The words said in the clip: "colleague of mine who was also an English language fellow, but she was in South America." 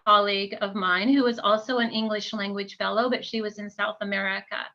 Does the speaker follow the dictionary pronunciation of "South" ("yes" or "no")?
yes